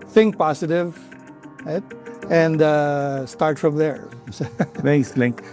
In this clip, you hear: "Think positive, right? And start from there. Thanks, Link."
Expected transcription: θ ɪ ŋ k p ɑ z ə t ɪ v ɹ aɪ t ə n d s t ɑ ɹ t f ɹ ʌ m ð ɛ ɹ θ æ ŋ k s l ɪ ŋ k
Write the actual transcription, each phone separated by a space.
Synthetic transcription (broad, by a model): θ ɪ ŋ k p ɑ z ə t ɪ v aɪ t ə n d s t ɑ ɹ t f ɹ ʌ m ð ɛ ɹ s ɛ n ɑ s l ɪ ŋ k